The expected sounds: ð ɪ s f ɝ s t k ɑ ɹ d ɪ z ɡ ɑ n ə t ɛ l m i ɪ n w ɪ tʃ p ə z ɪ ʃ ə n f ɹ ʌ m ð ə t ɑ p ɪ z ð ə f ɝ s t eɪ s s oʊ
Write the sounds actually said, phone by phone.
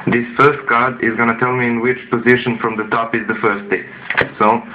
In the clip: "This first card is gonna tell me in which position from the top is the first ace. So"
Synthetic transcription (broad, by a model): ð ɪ s f ɝ s t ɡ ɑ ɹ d ɪ z ɡ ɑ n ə t ɛ l m i ɪ n w ɪ tʃ p ə z ɪ ʃ ə n f ɹ ʌ m ð ə t ɑ p ɪ z ð ə f ɝ s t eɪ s s oʊ